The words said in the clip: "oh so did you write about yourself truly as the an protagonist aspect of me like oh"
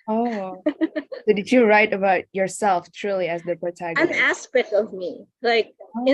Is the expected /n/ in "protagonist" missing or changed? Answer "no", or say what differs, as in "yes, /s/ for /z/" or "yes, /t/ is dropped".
yes, /n/ is dropped